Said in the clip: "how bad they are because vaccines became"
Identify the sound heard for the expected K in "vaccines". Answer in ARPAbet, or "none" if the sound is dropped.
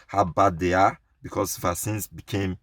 none